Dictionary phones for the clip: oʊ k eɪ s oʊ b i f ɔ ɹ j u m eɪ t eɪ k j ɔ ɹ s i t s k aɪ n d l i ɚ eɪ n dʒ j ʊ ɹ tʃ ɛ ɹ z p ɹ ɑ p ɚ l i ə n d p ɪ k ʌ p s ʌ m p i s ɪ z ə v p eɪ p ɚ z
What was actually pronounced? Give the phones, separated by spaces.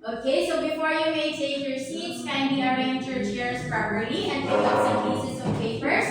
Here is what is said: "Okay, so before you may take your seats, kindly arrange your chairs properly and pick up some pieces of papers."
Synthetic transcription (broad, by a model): oʊ k eɪ s oʊ b i f ɔ ɹ j u m eɪ s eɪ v j ɔ ɹ s i t s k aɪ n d i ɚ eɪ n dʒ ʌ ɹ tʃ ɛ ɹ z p ɹ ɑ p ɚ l i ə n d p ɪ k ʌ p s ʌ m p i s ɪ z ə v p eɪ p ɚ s